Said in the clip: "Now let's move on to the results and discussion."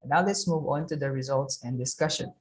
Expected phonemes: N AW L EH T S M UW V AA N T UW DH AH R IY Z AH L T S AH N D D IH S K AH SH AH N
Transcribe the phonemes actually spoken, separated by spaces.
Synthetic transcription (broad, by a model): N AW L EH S M UW V AA N T UW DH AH R IY Z AH L T S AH N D D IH S K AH SH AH N